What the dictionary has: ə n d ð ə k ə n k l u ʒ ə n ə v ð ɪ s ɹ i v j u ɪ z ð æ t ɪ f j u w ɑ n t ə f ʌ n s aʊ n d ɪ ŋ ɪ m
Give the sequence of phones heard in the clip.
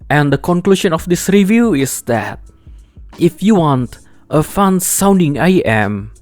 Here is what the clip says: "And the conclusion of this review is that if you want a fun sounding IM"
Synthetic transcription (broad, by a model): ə n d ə k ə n k l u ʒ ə n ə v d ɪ s ɹ i v j u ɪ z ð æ t ɪ f j u w ɑ n t ə f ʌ n s aʊ n d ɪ ŋ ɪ m